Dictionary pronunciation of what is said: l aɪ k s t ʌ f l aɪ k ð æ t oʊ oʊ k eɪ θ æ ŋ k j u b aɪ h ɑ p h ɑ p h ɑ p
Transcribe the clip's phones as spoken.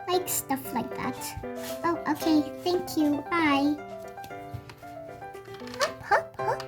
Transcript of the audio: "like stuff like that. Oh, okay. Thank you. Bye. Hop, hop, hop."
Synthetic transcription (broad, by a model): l aɪ k s t ʌ f l aɪ k ð æ t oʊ oʊ k eɪ θ æ ŋ k j u aɪ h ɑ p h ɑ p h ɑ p